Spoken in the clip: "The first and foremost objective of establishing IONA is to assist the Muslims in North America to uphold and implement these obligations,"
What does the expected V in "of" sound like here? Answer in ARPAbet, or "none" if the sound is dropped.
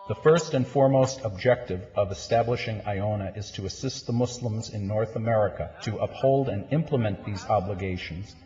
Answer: V